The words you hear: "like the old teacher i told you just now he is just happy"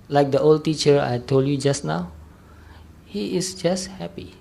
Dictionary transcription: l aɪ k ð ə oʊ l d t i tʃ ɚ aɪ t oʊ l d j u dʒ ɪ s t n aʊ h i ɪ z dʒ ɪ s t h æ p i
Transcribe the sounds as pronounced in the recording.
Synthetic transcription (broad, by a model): l aɪ k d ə oʊ l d t i tʃ ɚ aɪ t oʊ l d j u dʒ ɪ s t n aʊ h i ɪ s dʒ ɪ s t h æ p i